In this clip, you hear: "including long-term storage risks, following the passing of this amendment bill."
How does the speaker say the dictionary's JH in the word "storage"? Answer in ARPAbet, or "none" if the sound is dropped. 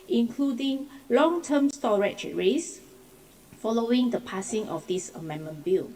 CH